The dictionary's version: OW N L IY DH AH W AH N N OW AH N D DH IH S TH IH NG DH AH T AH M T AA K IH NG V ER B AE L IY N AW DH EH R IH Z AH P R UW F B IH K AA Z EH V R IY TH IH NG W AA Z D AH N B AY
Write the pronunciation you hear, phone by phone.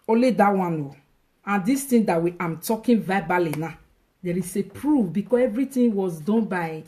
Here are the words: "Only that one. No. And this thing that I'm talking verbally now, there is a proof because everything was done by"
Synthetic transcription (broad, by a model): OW L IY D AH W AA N N OW AH N D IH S T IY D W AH T AH M T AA K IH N V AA B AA L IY N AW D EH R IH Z AH P R UW F B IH K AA S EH V R IY T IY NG W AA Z D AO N B AY